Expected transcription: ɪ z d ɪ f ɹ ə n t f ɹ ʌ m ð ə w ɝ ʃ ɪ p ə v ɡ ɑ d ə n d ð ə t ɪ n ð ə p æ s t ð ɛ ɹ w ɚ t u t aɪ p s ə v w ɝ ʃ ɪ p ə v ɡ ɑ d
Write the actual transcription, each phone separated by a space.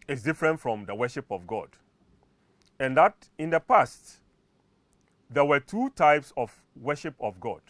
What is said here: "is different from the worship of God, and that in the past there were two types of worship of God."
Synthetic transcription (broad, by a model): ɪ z d ɪ f ɹ ə n t f ɹ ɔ m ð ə w ɝ ʃ ɪ p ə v ɡ ɑ d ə n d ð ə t ɪ n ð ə p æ s t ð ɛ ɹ w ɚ t u t aɪ p s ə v w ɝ ʃ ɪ p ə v ɡ ɑ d